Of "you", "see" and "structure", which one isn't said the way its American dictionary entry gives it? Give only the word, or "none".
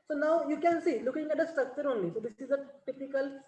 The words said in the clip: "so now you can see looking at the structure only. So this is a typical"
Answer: structure